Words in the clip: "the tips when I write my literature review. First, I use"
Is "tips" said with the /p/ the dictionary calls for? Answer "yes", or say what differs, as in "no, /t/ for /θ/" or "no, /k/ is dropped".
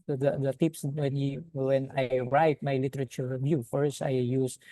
yes